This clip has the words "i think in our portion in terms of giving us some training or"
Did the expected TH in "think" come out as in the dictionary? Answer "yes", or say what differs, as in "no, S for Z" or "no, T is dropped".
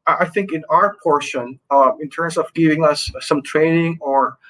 yes